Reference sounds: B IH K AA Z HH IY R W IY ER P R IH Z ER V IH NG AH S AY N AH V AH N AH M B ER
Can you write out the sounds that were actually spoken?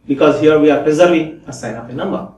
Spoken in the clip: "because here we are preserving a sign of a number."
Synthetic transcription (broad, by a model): B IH K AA Z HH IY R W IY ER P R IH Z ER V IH AH S AY N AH P AH N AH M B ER